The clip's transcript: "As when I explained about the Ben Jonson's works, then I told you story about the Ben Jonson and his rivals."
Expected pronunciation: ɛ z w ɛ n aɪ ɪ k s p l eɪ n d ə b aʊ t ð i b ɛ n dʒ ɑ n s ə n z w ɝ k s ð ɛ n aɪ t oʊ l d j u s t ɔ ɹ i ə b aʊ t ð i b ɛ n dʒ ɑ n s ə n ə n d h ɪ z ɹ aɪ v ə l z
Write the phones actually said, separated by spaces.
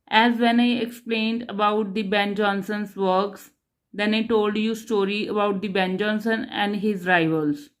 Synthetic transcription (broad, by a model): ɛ z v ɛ n aɪ ɪ k s p l eɪ n d ə b aʊ t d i b ɛ n dʒ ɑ n s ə n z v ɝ k s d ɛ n aɪ t oʊ l d j u s t ɔ ɹ i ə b aʊ t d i b ɛ n dʒ ɑ n s ə n ə n d h ɪ z ɹ aɪ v ə l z